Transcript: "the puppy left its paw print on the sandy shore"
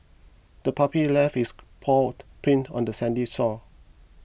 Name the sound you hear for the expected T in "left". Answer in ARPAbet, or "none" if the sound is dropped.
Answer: none